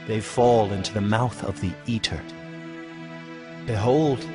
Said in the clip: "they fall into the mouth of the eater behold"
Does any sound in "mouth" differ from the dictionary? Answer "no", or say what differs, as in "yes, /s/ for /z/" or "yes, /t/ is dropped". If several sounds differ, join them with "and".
no